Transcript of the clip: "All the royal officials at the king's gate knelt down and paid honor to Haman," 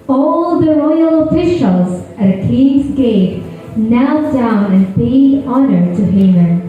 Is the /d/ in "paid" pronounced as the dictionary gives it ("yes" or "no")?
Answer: no